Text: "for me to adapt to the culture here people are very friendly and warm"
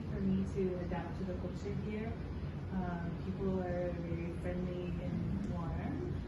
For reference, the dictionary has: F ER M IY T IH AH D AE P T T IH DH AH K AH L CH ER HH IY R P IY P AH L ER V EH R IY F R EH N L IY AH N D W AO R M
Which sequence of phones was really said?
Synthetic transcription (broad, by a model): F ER M IY T IH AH D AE P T T IH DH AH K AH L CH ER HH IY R P IY P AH L ER V EH R IY F R EH N L IY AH N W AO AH